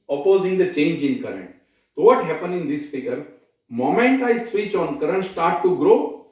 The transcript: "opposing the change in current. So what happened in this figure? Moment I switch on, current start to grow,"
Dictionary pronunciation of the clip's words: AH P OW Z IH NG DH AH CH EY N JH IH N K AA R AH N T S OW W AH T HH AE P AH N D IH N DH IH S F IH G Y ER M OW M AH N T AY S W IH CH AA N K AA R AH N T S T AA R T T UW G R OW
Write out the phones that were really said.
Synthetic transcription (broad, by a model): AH P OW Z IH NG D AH CH EY N JH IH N K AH R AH N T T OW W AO T HH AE P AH N IH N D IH S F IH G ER M OW M AH N T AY S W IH CH AA N K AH R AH N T S T AA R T T UW G R OW